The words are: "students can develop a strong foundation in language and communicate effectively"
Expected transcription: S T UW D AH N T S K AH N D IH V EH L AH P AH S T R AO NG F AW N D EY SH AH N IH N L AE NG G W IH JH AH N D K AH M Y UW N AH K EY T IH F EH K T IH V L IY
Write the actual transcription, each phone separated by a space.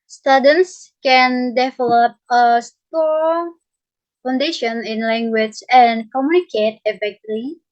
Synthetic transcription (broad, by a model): S T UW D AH N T S K AH N D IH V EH L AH P AH S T AO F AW N D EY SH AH N IH N L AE NG G W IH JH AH N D K AH M Y UW N AH K EY T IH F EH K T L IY